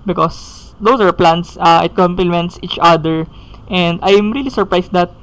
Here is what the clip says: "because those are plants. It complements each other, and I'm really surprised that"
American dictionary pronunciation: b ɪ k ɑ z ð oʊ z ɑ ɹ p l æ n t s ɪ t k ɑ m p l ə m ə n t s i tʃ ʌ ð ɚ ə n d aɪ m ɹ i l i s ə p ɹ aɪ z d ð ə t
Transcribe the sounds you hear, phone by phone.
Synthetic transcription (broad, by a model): b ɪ k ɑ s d oʊ s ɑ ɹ p l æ n t s ɪ t k ɑ m p l ə m ə n t s i tʃ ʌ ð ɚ ə n d aɪ m ɹ i l i s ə p ɹ aɪ s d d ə t